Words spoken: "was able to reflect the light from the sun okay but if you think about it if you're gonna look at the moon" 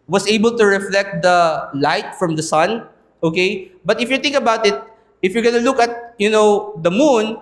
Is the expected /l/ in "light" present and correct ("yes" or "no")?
yes